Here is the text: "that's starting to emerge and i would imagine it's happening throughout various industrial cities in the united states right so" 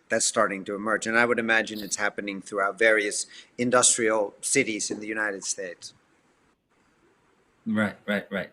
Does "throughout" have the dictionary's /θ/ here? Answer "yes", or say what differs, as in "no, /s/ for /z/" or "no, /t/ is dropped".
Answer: yes